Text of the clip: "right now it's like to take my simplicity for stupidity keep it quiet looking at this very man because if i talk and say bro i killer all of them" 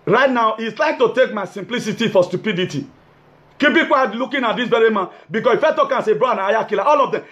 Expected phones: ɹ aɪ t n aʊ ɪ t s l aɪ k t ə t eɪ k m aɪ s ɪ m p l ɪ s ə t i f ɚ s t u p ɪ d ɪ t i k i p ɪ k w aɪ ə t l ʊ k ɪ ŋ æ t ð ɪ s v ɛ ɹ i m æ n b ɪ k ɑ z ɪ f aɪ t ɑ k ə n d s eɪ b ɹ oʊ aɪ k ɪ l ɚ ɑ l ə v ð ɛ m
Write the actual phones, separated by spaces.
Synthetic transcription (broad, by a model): ɹ aɪ t n aʊ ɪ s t l aɪ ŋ t ə t eɪ k m aɪ s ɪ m p l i s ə t i f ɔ s t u p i d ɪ t i k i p ɪ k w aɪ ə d l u k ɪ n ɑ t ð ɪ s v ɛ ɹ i m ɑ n b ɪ k ɑ s ɪ f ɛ t ɑ k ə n s eɪ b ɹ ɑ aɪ k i l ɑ ɑ l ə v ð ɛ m